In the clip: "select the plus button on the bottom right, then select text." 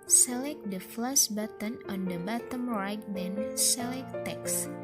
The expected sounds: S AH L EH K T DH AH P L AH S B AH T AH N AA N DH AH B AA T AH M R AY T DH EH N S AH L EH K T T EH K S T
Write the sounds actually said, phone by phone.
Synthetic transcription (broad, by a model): S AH L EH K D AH F L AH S B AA T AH N AA N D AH B AA T AH M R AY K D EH N S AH L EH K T T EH K S